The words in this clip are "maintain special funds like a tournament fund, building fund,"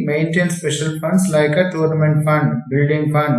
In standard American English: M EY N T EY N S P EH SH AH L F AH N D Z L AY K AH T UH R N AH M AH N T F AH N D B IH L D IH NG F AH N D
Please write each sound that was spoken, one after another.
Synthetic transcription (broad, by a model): M EY N T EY N S P EH SH AH L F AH N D S L AY K AH T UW R N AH M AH N T F AH N D B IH L D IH NG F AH N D